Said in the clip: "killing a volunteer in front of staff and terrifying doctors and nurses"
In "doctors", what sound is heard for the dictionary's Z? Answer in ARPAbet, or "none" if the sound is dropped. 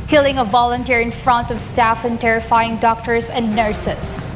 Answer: S